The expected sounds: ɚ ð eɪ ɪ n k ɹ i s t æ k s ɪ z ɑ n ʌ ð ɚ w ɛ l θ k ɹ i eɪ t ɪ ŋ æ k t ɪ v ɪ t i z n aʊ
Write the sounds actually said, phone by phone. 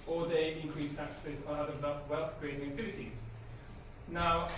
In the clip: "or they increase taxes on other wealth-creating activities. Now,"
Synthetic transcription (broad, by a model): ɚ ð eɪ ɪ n k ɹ i s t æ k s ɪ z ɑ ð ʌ ɚ w ɛ l θ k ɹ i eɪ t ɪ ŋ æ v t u ɪ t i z n aʊ